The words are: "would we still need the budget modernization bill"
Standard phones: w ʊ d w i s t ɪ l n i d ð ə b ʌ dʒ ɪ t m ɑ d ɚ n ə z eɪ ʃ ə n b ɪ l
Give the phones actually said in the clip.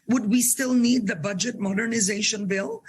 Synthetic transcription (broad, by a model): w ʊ d w i s t ɪ l n i d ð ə b ʌ dʒ ɪ t m ɑ d ɚ n ə z eɪ ʃ ə n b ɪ l